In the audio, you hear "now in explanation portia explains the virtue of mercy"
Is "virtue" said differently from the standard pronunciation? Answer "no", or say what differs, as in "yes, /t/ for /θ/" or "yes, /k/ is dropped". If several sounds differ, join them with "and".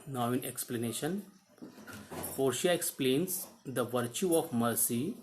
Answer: no